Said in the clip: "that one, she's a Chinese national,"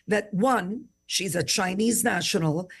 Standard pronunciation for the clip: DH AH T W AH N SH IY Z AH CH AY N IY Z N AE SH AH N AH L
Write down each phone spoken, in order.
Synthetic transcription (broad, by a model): DH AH T W AH N SH IY Z AH CH AY N IY Z N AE SH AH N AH L